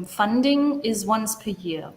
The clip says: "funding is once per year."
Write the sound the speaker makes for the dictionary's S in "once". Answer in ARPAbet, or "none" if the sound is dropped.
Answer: S